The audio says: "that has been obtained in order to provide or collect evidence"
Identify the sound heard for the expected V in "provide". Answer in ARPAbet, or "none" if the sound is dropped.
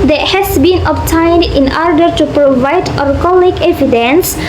V